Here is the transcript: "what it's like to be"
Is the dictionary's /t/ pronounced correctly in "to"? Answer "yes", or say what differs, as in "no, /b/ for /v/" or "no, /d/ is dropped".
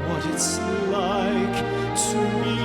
no, /s/ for /t/